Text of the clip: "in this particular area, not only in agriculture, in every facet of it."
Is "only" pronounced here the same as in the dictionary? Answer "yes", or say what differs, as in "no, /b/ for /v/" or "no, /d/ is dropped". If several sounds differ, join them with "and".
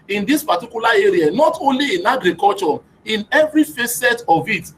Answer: yes